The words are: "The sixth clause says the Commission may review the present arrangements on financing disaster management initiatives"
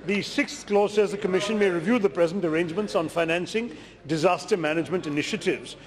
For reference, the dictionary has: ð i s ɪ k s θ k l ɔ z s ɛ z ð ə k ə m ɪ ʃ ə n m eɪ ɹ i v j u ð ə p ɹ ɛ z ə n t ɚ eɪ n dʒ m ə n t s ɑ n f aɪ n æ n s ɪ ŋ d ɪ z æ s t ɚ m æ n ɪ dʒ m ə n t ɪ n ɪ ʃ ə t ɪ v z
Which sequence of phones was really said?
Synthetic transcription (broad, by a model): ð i s ɪ k s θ k l ɔ z s ɛ z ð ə k ə m ɪ ʃ ə n m eɪ ɹ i v j u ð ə p ɹ ɛ z ə n t ɚ eɪ n dʒ m ə n t s ɑ n f aɪ n æ n s ɪ ŋ d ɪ z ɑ s t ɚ m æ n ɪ dʒ m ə n t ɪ n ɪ ʃ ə t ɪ v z